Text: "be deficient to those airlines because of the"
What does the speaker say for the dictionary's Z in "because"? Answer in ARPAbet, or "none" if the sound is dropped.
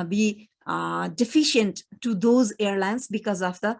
Z